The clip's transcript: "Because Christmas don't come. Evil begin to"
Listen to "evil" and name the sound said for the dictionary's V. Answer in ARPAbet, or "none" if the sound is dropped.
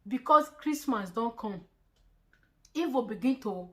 F